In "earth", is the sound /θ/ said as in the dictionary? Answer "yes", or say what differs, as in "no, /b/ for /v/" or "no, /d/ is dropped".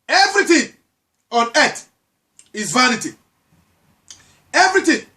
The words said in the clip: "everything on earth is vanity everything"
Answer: no, /t/ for /θ/